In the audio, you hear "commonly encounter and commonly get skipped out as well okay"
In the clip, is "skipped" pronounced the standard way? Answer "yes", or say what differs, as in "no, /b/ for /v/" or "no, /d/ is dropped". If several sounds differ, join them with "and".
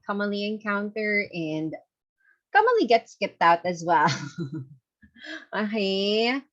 yes